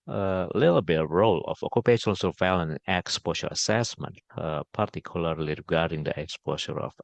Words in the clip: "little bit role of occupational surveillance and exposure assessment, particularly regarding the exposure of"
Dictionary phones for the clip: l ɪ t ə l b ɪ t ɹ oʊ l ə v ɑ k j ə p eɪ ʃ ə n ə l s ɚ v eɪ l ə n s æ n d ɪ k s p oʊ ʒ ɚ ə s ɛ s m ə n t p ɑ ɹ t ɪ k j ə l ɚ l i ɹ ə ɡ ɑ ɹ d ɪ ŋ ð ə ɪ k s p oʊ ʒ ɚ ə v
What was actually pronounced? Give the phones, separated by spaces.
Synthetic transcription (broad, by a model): l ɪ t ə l b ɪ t ɹ oʊ l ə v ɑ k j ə p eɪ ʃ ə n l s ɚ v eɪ l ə n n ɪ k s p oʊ ʃ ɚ ə s ɛ s m ə n t p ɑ ɹ t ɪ k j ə l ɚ l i ɹ ə ɡ ɑ ɹ d ɪ ŋ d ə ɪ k s p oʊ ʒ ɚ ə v